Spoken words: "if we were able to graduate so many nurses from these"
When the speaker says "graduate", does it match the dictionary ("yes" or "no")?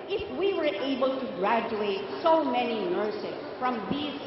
yes